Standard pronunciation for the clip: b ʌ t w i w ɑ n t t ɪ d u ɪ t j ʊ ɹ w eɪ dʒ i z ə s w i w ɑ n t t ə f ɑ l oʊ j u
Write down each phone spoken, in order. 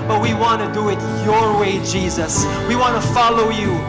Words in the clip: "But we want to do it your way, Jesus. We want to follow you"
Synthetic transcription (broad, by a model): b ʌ t w i w ɑ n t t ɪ d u ɪ t j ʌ ɹ w eɪ dʒ i z ə s w i w ɑ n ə f ɑ l oʊ j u